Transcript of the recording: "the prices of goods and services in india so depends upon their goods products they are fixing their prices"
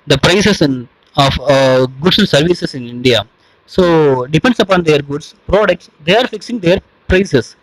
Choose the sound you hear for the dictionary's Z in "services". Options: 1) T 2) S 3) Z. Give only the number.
2